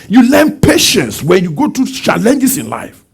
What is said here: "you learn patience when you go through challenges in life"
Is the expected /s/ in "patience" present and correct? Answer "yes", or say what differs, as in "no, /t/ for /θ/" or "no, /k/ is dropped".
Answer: yes